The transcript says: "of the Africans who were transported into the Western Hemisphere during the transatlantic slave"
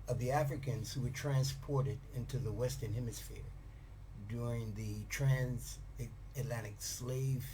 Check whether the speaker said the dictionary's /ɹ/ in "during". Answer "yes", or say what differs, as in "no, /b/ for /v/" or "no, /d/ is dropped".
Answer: yes